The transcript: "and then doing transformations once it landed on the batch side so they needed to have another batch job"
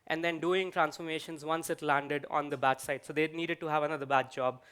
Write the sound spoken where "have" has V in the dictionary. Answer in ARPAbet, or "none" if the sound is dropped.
V